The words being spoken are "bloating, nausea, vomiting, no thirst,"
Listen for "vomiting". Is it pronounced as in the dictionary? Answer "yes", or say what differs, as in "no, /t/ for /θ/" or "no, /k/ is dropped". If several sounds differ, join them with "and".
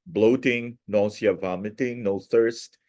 yes